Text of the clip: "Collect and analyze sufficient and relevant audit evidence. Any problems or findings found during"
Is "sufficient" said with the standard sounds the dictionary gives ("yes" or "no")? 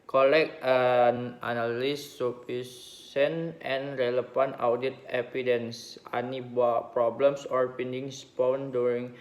no